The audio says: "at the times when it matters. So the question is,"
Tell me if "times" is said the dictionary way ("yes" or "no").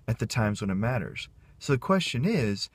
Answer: yes